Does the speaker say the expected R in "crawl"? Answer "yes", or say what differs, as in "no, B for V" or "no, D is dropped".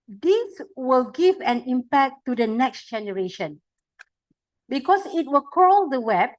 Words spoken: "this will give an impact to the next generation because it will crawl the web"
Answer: no, R is dropped